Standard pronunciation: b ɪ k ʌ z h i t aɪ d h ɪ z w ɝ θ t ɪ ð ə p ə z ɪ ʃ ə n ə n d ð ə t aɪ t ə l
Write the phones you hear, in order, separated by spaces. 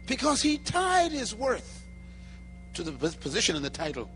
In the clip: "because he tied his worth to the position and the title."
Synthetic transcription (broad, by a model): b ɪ k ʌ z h i t aɪ d h ɪ z w ɝ θ t ɪ ð ə p ə z ɪ ʃ ə n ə n ð ə t aɪ t l